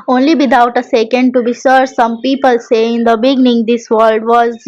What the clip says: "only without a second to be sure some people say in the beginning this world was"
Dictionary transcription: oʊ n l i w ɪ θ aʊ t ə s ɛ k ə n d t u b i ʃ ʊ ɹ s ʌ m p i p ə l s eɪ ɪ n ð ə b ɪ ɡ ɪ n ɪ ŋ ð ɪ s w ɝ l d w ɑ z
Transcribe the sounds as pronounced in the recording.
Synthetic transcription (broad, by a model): oʊ n l i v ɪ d aʊ t ə s ɛ k ə n d t u b i s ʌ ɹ s ʌ m p i p ə l s eɪ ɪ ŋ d ə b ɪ ɡ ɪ n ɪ ŋ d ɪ s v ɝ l d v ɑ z